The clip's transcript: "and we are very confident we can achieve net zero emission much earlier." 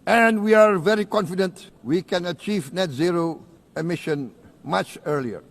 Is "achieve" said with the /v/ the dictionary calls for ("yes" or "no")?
yes